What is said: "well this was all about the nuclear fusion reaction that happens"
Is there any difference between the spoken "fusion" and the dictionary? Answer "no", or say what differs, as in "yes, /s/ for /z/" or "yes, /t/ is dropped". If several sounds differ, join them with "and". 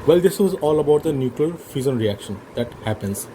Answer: yes, /z/ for /ʒ/